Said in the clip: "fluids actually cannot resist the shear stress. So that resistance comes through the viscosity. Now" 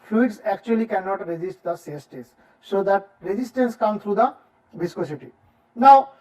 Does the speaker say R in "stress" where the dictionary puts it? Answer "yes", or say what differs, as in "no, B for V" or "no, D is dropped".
no, R is dropped